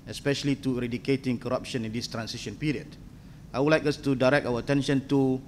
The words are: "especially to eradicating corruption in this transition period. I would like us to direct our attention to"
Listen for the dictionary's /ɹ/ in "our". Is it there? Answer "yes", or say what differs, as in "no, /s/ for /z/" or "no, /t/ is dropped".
no, /w/ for /ɹ/